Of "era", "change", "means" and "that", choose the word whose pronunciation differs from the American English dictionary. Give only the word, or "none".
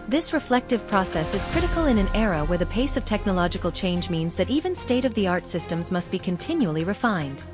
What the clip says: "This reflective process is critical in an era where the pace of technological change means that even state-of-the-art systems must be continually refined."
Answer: none